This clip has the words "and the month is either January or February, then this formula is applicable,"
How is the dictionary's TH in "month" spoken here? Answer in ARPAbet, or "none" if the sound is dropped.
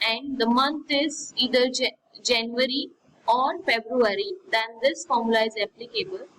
T